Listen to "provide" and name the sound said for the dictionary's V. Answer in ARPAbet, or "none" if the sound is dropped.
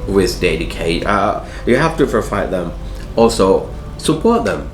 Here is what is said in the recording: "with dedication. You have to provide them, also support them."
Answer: F